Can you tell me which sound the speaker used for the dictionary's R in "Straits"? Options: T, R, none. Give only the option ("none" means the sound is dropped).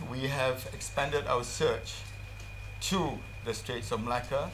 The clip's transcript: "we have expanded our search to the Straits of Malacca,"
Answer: R